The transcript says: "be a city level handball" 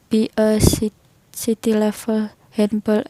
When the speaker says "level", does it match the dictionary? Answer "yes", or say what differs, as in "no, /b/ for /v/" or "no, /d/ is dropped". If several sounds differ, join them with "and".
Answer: no, /f/ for /v/